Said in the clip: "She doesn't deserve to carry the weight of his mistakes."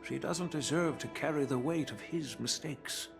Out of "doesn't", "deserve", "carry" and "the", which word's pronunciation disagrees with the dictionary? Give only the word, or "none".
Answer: none